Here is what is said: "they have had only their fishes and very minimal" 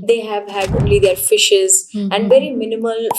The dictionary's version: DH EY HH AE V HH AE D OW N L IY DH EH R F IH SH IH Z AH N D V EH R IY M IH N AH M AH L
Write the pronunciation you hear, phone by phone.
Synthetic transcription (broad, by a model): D EY HH AE V HH AE D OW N L IY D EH R F IH SH IH Z AH N D V EH R IY M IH N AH M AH L